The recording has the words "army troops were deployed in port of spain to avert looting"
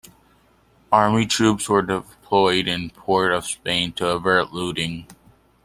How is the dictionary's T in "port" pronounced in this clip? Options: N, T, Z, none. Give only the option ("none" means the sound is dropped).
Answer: T